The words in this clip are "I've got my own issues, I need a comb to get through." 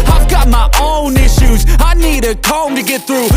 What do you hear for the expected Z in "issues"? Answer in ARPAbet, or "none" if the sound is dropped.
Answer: Z